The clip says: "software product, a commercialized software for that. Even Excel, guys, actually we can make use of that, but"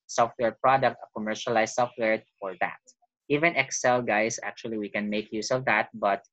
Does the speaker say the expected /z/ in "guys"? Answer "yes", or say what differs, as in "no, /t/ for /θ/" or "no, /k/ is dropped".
no, /s/ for /z/